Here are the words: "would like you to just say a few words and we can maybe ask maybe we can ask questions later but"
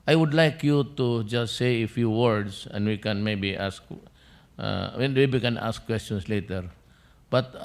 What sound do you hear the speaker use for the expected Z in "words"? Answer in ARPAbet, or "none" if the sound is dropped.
S